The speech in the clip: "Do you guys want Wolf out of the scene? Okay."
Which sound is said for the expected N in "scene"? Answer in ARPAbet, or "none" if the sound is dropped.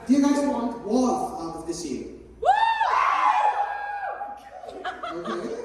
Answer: none